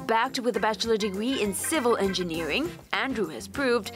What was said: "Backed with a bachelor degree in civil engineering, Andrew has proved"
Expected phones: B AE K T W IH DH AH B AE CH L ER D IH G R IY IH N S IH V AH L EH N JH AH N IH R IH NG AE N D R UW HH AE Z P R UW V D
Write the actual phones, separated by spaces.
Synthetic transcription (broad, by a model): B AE K T W IH DH AH B AE CH L ER D IH G R IY IH N S IH V AH L EH N JH AH N IH R IH NG AE N D R UW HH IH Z P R UW V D